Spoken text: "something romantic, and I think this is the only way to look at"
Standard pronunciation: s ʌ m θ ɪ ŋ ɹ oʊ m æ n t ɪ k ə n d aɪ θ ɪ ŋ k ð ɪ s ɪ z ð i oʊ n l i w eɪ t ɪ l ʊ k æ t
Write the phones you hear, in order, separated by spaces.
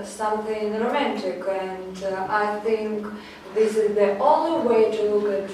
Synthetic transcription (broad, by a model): s ʌ m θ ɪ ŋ ɹ oʊ m æ n t ɪ k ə n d aɪ θ ɪ ŋ k ð ɪ s ɪ z ð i oʊ n l i w eɪ t ɪ l ʊ k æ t